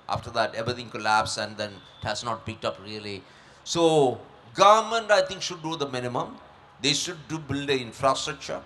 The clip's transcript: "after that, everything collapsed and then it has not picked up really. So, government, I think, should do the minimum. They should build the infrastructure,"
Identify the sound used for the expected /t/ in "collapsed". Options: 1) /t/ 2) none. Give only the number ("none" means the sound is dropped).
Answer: 2